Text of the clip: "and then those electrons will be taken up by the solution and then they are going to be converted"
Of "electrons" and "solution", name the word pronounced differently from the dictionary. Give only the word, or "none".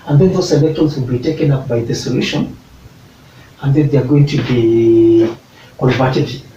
electrons